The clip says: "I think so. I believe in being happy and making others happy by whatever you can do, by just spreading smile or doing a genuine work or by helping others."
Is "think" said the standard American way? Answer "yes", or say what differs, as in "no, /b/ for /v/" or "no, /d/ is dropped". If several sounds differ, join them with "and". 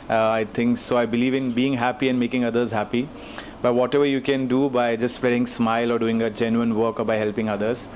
no, /t/ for /θ/